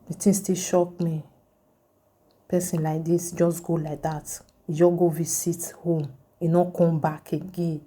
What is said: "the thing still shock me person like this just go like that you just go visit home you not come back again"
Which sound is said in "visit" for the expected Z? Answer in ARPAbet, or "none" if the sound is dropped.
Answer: S